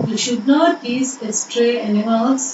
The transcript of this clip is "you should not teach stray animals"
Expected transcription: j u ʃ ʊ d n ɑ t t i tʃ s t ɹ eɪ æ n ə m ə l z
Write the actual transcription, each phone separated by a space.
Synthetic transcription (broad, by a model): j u ʃ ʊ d n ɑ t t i s s t ɹ eɪ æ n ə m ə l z